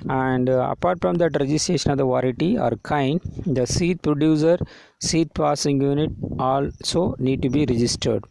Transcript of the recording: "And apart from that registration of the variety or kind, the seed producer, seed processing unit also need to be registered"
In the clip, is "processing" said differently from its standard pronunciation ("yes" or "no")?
yes